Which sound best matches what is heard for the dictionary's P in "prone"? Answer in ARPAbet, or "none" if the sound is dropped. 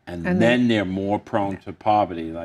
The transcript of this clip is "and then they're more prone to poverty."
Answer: P